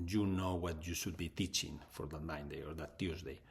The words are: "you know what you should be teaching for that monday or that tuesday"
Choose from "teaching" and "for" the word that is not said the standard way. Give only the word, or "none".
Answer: none